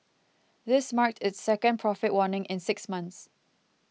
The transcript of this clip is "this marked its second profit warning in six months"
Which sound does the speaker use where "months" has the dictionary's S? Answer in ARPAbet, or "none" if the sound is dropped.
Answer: S